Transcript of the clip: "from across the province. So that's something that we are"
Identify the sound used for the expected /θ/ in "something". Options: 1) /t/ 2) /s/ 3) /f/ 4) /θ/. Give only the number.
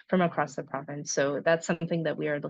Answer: 4